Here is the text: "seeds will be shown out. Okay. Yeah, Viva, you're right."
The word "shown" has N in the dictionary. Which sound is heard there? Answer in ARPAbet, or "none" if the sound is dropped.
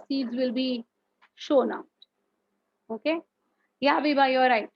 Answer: N